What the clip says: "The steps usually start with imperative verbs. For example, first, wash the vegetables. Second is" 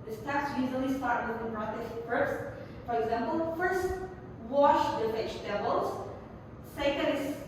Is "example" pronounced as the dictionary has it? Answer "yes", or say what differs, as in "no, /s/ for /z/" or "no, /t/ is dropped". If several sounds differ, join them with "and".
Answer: yes